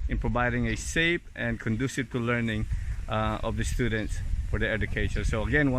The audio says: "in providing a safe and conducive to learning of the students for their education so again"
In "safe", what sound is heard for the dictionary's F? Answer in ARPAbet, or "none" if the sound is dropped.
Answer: P